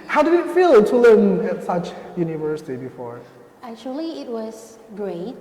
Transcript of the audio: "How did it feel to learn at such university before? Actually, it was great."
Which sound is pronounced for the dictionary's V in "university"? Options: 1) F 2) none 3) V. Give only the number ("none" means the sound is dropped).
3